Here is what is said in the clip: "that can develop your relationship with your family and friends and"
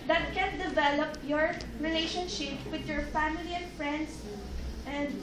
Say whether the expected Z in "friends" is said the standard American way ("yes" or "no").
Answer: no